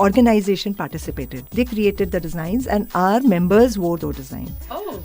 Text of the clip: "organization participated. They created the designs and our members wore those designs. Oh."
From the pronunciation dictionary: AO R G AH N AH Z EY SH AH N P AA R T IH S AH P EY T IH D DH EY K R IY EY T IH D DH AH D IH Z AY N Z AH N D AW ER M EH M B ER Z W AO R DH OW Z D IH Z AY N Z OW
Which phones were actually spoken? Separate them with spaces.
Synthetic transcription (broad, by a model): AO R G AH N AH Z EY SH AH N P AA R T IH S AH P EY T IH D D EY K R IY EY T IH D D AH D IH Z AY N Z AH N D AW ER M EH M B ER Z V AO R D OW D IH Z AY N